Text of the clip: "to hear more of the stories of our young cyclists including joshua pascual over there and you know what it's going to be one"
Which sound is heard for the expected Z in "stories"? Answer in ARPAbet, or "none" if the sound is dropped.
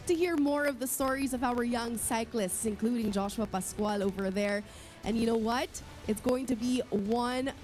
Z